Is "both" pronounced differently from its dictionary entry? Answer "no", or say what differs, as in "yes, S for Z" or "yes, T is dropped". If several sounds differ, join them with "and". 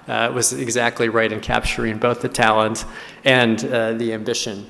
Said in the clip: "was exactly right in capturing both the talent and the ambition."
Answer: no